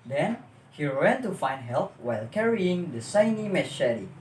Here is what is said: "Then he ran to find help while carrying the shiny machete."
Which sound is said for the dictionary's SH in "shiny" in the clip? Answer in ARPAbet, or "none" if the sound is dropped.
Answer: S